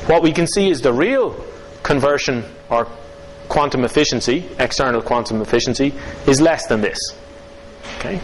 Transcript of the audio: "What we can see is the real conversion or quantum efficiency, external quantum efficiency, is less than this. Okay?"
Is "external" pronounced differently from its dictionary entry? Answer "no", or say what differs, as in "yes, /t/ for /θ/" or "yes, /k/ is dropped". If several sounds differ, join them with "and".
no